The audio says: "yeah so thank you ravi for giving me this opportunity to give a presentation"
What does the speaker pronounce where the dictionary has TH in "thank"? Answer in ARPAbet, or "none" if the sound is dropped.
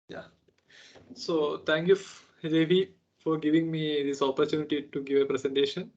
T